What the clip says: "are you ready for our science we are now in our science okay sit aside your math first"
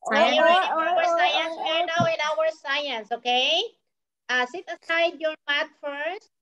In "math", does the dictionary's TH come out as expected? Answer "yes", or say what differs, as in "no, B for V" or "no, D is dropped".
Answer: no, T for TH